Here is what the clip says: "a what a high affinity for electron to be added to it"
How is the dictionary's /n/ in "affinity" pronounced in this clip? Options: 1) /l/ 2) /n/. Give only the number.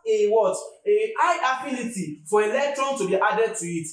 1